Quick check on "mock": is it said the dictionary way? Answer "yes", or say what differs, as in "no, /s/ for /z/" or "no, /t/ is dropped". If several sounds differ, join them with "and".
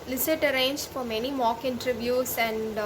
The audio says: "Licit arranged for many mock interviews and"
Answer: yes